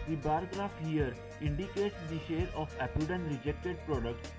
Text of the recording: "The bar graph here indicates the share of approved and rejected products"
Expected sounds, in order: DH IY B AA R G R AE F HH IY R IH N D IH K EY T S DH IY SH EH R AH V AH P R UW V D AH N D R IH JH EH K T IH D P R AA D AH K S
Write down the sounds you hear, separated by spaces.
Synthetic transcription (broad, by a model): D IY B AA R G R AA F HH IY R IH N D IH K EY T S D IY SH EH R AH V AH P UW D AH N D R IH JH EH K T IH D P R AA D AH K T